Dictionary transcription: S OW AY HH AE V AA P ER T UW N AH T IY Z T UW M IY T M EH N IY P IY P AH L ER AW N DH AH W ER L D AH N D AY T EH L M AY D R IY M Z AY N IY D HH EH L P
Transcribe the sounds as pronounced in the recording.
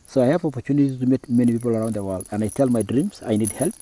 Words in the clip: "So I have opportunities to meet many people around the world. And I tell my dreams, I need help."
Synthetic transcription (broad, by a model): S OW AY HH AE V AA P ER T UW N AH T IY T UW M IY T M EH N IY P IY P AH L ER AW N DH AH W ER L D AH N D AY T EH L M AY D R IY M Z AY N IY D HH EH L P